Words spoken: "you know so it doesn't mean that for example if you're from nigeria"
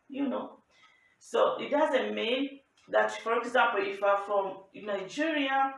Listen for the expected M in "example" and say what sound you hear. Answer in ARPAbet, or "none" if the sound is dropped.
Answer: none